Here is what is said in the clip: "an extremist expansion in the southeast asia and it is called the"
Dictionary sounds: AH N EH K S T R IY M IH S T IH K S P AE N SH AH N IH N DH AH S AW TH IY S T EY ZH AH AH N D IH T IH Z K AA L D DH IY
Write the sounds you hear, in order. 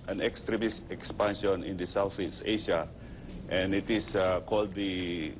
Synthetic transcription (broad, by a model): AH N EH K S T R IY M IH S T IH K S P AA N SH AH N IH N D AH S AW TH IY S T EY SH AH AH N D IH T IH S K AA L D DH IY